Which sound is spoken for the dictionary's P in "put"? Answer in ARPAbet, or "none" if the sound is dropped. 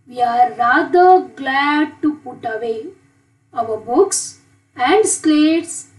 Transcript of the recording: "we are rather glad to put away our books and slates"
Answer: P